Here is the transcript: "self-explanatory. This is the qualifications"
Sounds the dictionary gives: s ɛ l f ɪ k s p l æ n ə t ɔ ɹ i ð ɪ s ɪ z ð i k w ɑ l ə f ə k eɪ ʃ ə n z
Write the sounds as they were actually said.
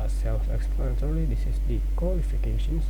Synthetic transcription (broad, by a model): s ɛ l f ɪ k s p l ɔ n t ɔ l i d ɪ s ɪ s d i k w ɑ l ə f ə k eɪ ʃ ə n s